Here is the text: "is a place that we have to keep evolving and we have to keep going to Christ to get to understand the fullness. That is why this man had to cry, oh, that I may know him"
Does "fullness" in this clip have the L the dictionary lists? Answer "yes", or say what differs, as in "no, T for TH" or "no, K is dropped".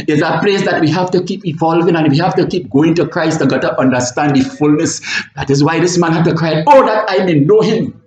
yes